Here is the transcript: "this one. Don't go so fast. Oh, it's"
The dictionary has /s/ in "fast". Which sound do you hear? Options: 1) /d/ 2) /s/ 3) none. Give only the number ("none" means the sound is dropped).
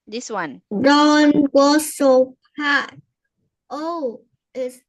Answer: 3